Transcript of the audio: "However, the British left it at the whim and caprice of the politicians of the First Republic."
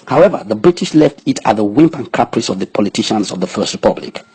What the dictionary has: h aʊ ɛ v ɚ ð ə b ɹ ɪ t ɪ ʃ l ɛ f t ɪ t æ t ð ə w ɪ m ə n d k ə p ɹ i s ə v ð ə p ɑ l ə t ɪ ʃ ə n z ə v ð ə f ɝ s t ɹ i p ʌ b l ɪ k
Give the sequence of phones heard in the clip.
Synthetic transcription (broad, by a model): h aʊ ɛ v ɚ ð ə b ɹ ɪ t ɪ ʃ l ɛ f t ɪ t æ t ð ə w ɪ m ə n k ə p ɹ i s ə v ð ə p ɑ l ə t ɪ ʃ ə n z ə v ð ə f ɝ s t ɹ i p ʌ b l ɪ k